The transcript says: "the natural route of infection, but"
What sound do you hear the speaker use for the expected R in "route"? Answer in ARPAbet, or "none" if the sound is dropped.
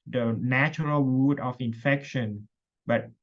W